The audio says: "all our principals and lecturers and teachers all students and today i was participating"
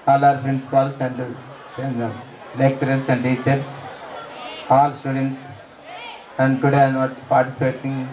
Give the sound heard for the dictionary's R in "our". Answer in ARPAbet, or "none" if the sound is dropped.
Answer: R